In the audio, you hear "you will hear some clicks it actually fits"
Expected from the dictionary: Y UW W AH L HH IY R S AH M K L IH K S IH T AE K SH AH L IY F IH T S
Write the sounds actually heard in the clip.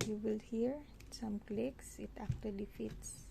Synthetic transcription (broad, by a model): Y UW W AH L HH IY R S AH M K L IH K S IH T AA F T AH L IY F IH T S